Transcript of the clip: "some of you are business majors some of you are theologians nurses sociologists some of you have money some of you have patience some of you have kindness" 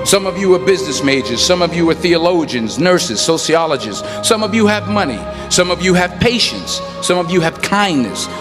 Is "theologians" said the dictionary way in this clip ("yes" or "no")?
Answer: yes